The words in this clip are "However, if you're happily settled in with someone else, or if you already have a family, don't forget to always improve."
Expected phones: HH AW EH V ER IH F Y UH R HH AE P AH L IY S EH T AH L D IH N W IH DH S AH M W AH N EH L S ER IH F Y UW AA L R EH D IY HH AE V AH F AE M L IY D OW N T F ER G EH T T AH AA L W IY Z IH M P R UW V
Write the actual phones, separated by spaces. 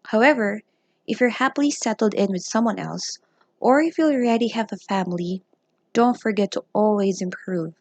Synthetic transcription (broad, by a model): HH AW EH V ER IH F Y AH R HH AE P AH L IY S EH T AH L D IH N W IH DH S AH M W AH N EH L S ER IH F Y UW L R EH D IY HH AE V AH F AE M L IY D OW N T F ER G EH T T AH AA L W IY Z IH M P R UW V